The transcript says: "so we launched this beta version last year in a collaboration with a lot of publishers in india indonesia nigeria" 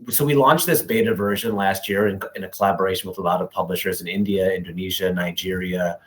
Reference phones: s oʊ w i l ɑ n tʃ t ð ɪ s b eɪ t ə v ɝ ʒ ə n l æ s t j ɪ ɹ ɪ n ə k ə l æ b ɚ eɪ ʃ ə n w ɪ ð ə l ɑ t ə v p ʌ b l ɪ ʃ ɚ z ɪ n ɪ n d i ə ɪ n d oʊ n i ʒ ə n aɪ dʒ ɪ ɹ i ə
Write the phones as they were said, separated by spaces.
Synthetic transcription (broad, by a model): s oʊ w i l ɑ n tʃ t ð ɪ s b eɪ t ə v ɝ ʒ ə n l æ s t j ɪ ɹ ɪ n ə k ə l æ b ɚ eɪ ʃ n w ɪ ð ə l ɑ t ə v p ʌ b l ɪ ʃ ɚ z ɪ n ɪ n d i ə ɪ n d oʊ n i ʒ ə n aɪ dʒ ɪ ɹ i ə